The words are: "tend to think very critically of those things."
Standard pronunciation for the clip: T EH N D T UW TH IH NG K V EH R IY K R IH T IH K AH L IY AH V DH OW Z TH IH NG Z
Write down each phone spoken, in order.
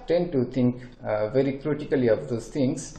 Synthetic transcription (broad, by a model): T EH N D T UW T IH NG K V EH R IY K R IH T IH K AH L IY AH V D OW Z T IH NG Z